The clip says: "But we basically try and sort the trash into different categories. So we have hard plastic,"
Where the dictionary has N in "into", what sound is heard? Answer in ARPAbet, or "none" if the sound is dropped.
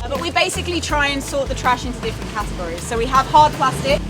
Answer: N